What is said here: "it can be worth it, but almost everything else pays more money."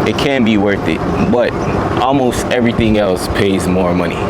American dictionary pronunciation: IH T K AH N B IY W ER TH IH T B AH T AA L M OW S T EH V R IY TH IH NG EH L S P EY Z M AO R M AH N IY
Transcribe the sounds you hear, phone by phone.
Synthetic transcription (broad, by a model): IH T K AH N B IY W ER TH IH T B AH T AA L M OW S T EH V R IY TH IH NG EH L S P EY Z M AO R M AH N IY